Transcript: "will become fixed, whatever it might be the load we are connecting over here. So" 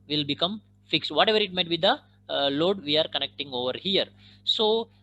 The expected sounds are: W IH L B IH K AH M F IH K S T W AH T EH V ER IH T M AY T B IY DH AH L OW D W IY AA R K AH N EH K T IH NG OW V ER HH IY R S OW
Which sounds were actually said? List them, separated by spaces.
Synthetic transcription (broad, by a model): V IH L B IH K AH M F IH K S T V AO T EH V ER IH T M AY T B IY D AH L OW D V IY AA R K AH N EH K T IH NG OW V ER HH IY R S OW